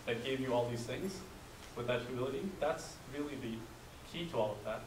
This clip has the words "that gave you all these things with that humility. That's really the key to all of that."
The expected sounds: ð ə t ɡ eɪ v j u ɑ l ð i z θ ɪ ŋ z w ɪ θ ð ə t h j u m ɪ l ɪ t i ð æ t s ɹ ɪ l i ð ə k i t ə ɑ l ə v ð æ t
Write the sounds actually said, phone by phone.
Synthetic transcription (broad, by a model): ð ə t ɡ eɪ v j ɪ ɑ l ð i z θ ɪ ŋ z w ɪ ð ə t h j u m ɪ l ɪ t i ð æ t s ɹ ɪ l i ð ə k i t ə ɑ l ə v ð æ t